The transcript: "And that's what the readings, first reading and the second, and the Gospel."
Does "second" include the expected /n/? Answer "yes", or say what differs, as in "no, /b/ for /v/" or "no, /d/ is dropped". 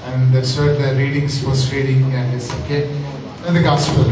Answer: no, /n/ is dropped